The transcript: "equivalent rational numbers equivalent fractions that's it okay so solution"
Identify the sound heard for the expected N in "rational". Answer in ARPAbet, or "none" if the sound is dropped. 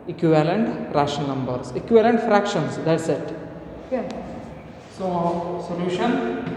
none